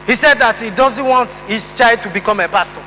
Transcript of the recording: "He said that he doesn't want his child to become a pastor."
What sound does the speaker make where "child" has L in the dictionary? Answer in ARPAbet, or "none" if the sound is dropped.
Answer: none